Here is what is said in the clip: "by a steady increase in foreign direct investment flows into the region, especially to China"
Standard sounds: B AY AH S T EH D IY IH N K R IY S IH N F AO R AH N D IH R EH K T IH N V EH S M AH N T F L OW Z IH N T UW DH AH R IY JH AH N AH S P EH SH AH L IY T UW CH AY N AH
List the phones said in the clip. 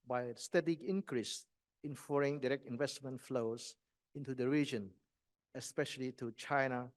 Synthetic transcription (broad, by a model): B AY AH S T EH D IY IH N K R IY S IH N F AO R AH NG D IH R EH K T IH N V EH S M AH N T F L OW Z IH N T UW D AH R IY JH AH N AH S P EH SH AH L IY T UW CH AY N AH